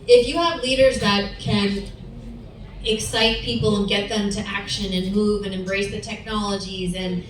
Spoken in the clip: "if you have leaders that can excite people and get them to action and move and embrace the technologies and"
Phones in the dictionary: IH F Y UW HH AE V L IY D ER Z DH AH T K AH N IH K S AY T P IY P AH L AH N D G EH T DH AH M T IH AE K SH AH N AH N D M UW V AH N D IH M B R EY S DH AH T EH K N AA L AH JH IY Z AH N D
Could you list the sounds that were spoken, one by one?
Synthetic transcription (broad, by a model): IH F Y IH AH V L IY D ER Z DH AH T K AH N IH K S AY T P IY P L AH N G EH T DH AH M T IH AE K SH AH N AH N M UW V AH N IH M B R EY S DH AH T EH K N AA L AH JH IY Z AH N